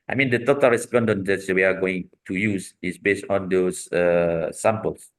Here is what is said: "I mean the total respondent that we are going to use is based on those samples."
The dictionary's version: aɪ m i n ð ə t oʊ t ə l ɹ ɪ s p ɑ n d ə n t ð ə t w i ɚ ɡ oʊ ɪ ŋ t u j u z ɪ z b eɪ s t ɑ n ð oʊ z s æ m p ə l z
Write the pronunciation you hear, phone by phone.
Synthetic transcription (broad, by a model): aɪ m i n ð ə t oʊ t ə l ɹ ɪ s p ɑ n d ə n t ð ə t w i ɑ ɡ oʊ ɪ ŋ t u j u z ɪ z b eɪ s t ɑ n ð oʊ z s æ m p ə l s